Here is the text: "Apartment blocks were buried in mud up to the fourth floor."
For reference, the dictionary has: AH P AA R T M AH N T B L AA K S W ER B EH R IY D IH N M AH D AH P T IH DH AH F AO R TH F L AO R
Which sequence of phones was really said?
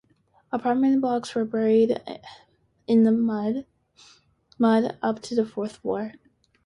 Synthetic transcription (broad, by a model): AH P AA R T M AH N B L AA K S W ER B EH R IY D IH N M AH D AH P T IH DH AH F AO R TH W AO R